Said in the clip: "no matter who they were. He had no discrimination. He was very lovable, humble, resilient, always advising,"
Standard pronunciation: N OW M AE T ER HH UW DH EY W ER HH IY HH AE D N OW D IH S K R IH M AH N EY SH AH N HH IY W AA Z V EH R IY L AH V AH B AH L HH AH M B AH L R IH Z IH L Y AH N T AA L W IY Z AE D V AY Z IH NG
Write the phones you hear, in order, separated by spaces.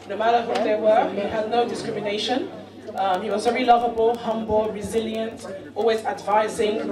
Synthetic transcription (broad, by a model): N OW M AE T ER HH UW DH EY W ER HH IY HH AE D N OW D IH S K R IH M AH N EY SH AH N HH IY W AA Z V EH R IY L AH V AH B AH L HH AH M B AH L R IH Z IH L Y AH N T AA L W IY Z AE D V AY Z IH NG